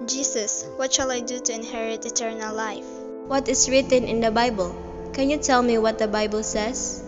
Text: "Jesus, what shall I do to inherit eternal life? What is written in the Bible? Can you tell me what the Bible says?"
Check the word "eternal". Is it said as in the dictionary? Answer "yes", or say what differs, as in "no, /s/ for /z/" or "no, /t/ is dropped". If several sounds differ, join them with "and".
yes